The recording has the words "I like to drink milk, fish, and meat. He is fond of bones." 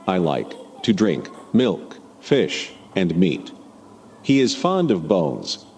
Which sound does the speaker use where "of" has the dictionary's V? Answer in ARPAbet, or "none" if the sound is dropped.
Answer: V